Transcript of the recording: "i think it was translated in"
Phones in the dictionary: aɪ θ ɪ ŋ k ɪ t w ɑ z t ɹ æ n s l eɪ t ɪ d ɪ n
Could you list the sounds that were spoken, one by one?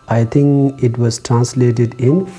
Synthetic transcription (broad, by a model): aɪ t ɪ ŋ k ɪ t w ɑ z t ɹ æ n s l eɪ t ɪ d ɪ n